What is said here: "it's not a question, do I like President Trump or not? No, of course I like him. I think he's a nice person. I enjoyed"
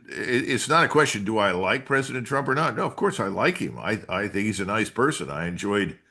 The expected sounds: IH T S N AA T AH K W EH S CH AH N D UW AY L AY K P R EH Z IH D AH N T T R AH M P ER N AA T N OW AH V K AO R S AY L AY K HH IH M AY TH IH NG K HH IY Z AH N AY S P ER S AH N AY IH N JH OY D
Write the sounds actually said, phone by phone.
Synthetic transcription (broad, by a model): IH T S N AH T AH K W EH S CH AH N D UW AY L AY K P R EH Z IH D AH N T T R AH M P ER N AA T N OW AH V K AO R S AY L AY K HH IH M AY TH IH NG K HH IY Z AH N AY S P ER S AH N AY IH N JH OY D